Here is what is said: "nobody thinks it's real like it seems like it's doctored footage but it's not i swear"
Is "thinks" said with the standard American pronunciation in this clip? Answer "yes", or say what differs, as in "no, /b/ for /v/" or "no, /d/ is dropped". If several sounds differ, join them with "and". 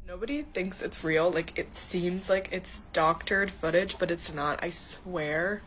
yes